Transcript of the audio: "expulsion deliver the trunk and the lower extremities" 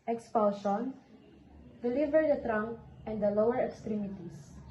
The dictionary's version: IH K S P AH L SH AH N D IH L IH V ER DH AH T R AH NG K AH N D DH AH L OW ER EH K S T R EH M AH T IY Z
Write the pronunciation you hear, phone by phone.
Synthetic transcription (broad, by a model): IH K S P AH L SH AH N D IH L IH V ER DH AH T R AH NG AH N D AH L OW ER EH K S T R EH M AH T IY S